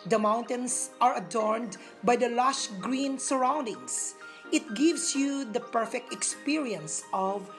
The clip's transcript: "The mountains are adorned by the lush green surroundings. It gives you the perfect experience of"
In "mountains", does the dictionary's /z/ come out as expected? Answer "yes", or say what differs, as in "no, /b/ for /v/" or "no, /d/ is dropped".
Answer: no, /s/ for /z/